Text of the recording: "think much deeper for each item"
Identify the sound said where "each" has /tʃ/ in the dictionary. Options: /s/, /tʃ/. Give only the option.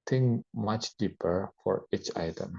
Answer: /tʃ/